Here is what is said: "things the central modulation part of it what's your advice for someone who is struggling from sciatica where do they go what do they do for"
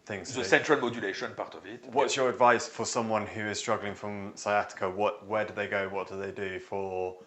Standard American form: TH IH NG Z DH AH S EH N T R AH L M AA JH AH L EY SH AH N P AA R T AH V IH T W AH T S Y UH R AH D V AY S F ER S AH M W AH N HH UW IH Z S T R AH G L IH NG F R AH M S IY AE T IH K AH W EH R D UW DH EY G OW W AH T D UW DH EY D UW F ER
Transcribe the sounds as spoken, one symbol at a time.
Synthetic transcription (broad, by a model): TH IH NG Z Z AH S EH N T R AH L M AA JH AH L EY SH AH N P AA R T AH V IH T W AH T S Y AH R AH D V AY S F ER S AH M W AH N HH UW IH Z S T R AH G L IH NG F R AH M S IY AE T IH K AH W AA W D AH DH EY G OW W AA T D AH DH EY D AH F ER